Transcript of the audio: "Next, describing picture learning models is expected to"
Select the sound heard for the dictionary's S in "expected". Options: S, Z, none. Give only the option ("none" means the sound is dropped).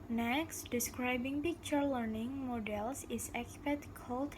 none